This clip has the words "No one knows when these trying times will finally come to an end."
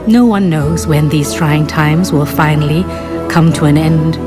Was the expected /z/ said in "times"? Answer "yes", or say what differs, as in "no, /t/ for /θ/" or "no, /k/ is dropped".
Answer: yes